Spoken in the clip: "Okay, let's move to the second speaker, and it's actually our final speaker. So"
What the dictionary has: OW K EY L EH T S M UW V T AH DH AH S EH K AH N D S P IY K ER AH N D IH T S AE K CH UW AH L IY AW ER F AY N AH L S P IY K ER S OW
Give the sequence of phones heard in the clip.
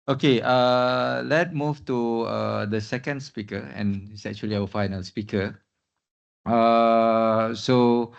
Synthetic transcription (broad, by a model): OW K EY L EH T M UW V T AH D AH S EH K AH N D S P IY K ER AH N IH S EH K CH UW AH L IY AW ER F AY N AH L S P IY K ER S OW